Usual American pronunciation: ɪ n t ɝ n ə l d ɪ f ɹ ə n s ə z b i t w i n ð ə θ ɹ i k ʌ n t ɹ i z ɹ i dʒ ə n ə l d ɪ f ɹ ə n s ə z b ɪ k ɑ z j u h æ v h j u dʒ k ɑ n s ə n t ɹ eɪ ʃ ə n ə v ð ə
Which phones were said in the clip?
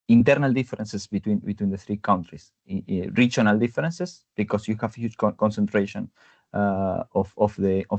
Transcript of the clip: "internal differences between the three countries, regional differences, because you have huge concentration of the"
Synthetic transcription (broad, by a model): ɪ n t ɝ n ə l d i f ɹ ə n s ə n b i t w i n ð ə θ ɹ i k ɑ n t ɹ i s ɹ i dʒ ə n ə l d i f ɹ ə n s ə s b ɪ k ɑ s j u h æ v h j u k k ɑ n s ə n t ɹ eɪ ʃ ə n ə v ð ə